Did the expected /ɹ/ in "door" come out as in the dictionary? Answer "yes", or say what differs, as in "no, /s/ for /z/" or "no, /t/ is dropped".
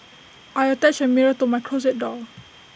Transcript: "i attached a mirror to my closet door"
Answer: no, /l/ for /ɹ/